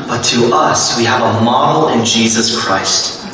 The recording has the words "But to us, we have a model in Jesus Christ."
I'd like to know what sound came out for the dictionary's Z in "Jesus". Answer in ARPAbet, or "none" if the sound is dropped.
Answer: Z